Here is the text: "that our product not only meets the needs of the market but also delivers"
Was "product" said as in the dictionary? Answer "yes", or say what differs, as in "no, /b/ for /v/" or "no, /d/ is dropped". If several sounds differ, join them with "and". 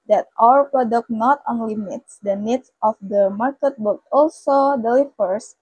yes